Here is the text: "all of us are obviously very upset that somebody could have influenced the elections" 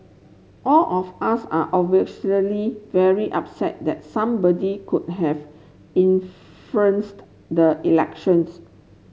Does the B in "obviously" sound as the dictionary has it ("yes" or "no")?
no